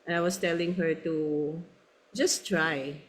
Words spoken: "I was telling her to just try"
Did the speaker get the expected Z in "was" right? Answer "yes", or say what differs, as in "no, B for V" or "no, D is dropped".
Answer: no, S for Z